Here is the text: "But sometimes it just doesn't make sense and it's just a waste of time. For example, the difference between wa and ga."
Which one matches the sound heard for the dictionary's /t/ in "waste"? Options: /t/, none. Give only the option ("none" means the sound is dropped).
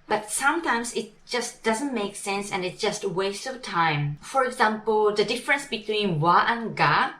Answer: none